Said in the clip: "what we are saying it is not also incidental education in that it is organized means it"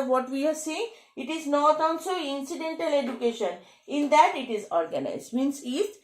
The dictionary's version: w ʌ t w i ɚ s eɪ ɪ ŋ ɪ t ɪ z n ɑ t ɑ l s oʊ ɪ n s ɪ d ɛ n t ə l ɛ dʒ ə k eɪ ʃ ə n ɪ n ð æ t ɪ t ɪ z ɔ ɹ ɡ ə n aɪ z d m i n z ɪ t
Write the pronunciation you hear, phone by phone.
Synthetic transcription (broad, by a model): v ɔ t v i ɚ s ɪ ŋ ɪ t ɪ z n ɑ t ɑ n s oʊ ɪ n s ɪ d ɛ n t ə l ɛ dʒ ə k eɪ ʃ ə n ɪ n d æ t ɪ t ɪ z ɔ ɹ ɡ ə n aɪ z d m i n s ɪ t